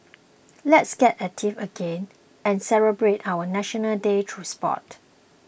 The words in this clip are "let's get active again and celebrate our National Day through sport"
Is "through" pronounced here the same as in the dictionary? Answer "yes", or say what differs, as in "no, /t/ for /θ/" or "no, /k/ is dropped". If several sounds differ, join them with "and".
no, /t/ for /θ/